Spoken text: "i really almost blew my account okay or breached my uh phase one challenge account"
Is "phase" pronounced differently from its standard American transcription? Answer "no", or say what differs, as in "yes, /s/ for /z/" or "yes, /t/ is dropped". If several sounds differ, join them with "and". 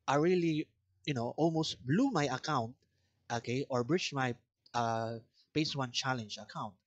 yes, /p/ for /f/ and /s/ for /z/